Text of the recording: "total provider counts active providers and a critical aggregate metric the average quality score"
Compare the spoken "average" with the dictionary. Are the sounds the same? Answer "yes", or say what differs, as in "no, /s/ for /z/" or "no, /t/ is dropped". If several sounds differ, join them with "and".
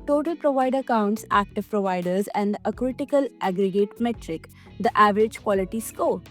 yes